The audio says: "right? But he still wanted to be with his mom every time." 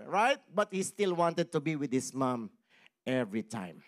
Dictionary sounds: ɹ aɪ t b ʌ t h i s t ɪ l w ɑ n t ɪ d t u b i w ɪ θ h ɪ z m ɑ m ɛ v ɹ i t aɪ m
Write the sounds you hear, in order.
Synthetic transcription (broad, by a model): ɹ aɪ t b ʌ t h i s t ɪ l w ɑ n t ɪ d t u b i w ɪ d h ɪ s m ɑ m ɛ v ɹ i t aɪ m